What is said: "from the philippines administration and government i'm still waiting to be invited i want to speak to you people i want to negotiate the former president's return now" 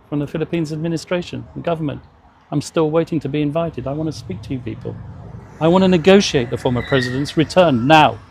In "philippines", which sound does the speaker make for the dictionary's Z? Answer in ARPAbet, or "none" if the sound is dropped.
Z